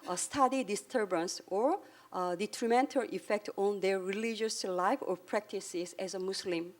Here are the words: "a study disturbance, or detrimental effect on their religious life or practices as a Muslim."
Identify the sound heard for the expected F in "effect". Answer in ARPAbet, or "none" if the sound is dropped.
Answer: F